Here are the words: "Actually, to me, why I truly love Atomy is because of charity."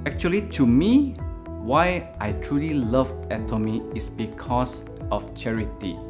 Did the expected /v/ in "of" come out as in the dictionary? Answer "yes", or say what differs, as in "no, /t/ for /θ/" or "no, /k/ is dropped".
no, /f/ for /v/